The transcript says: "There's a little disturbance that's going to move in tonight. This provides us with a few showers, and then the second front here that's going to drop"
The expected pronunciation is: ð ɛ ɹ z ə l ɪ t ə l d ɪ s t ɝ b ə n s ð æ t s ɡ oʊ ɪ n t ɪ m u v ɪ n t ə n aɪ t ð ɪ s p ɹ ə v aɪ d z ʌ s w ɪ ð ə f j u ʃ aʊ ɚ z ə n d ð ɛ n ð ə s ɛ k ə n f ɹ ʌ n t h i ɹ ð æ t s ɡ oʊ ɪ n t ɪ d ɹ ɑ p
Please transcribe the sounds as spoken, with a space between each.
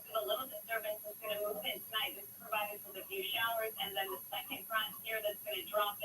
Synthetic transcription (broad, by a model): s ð ə l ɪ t l d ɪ s t ɝ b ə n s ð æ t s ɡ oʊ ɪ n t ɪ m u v ɪ n t ə n aɪ t ð ɪ s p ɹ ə v aɪ d ɪ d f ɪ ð ə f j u ʃ aʊ ɚ z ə n ð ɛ n ð ə s ɛ k ə n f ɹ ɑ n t h i ɹ ð æ t s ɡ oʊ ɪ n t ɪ d ɹ ɑ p